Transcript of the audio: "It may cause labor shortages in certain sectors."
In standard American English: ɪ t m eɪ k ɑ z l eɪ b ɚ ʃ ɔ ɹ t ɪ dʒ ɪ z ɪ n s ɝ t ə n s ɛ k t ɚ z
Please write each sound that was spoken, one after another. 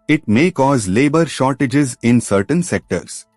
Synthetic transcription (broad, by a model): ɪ t m eɪ k ɑ z l eɪ b ɚ ʃ ɔ ɹ t ɪ dʒ ɪ z ɪ n s ɝ t ə n s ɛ k t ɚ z